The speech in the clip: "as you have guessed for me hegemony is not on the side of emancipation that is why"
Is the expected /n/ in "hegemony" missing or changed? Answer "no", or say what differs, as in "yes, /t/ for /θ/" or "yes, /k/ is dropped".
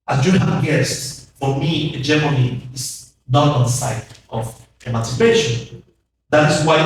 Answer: yes, /n/ is dropped